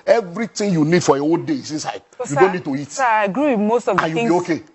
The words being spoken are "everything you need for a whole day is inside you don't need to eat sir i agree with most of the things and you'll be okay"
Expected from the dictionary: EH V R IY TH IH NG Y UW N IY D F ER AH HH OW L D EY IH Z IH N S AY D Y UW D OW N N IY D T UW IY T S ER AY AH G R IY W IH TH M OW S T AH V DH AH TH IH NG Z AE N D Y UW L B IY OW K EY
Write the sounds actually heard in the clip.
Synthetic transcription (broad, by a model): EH V R IY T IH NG Y UW N IY D F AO AH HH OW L D EY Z IH N S AY D Y UW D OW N N IY D T UW IY T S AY AH G R IY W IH M OW S T AH V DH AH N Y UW B IY OW K EY